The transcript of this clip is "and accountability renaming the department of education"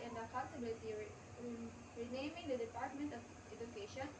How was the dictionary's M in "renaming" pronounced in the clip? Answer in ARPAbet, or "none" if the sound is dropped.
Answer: M